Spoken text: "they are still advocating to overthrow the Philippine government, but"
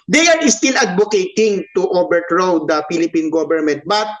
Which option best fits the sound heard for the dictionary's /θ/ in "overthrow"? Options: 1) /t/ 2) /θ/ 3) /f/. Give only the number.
1